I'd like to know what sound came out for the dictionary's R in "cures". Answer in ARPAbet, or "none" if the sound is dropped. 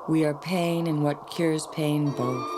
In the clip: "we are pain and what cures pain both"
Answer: R